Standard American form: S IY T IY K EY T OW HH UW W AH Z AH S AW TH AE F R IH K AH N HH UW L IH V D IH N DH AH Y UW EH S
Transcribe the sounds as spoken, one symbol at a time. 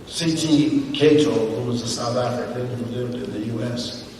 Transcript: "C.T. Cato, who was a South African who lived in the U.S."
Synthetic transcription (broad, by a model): S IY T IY K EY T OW HH UW W AH Z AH S AW TH AE F R IH K AH N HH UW L IH V D IH N DH AH Y UW EH S